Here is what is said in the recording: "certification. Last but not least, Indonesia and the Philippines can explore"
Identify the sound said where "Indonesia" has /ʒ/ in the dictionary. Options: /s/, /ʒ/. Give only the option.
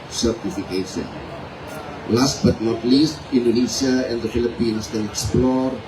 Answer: /s/